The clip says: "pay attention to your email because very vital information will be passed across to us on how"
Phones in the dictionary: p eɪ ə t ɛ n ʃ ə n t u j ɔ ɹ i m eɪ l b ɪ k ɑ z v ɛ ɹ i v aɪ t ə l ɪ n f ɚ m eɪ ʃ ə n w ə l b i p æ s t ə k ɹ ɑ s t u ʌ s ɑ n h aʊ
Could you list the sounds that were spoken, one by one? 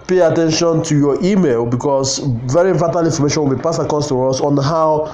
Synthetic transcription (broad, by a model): p eɪ ə t ɛ n ʃ ə n t u j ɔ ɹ i m eɪ l b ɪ k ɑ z v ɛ ɹ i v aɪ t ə l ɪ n f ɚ m eɪ ʃ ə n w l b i p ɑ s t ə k ɑ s t u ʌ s ɑ n h aʊ